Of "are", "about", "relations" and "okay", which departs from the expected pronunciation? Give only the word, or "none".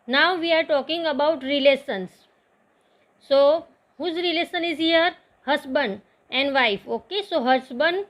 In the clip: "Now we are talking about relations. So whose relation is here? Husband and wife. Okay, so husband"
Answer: relations